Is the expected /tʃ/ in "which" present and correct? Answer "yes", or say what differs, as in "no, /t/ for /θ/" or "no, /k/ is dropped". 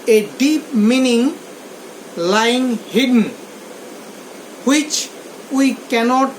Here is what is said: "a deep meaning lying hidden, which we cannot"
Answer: yes